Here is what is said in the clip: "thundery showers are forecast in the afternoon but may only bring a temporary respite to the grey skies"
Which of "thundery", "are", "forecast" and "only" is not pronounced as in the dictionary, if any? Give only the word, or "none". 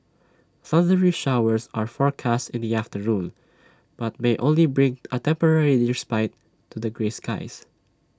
thundery